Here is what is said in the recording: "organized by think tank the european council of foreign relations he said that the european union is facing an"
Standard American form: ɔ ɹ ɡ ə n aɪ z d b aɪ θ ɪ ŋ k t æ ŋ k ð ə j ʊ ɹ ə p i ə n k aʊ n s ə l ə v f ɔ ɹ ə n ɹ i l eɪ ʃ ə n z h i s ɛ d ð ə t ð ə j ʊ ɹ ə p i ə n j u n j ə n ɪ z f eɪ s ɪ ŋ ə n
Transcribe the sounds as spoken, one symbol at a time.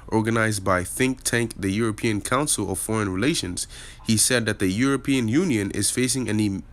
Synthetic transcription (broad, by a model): ɔ ɹ ɡ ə n aɪ z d b aɪ θ ɪ ŋ k t æ ŋ k ð ə j ʊ ɹ ə p i ə n k aʊ n s l ə v f ɔ ɹ ə n ɹ i l eɪ ʃ ə n z h i s ɛ d ð ə t ð ə j ʊ ɹ ə p i ə n j u n j ə n ɪ z f eɪ s ɪ ŋ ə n